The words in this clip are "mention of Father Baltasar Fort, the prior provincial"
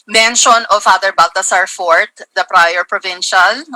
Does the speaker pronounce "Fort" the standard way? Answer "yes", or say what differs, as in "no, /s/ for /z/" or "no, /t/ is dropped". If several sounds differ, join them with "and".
yes